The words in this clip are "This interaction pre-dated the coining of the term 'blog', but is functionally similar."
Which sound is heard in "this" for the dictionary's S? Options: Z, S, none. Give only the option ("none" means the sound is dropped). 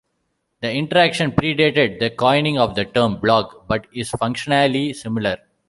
none